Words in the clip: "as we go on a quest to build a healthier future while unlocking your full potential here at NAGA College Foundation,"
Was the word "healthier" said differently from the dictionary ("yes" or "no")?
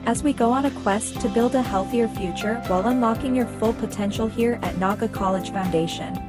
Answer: no